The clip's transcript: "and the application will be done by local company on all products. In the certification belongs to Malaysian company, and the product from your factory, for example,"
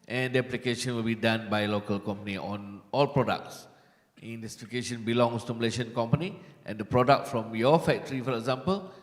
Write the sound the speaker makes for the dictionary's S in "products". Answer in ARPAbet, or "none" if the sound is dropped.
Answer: S